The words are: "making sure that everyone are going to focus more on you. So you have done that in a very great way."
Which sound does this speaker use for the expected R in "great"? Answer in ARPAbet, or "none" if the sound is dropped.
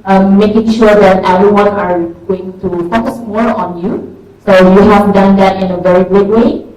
none